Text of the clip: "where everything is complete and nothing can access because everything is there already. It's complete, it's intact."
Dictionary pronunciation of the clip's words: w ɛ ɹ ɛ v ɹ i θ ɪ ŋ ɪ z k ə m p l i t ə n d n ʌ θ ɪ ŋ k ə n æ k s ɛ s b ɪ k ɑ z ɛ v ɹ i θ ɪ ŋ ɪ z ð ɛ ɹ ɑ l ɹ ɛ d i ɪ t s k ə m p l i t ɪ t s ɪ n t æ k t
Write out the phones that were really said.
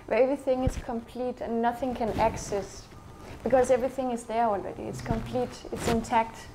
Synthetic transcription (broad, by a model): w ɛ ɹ ɛ v ɹ i θ ɪ ŋ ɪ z k ə m p l i t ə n n ʌ θ ɪ ŋ k ə n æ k s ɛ s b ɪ k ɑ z ɛ v ɹ i θ ɪ ŋ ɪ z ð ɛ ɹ ɑ l ɹ ɛ d i ɪ t s k ə m p l i t ɪ t s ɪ n t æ k t